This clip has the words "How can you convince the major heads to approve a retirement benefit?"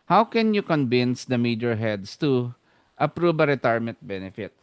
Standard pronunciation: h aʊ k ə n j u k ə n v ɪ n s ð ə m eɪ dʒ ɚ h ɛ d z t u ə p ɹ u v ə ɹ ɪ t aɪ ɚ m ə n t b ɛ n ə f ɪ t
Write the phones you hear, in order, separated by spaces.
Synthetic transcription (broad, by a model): h aʊ k ə n j u k ə n v ɪ n s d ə m eɪ dʒ ɚ h ɛ d s t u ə p ɹ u b ə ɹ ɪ t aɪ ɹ m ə n t b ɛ n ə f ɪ t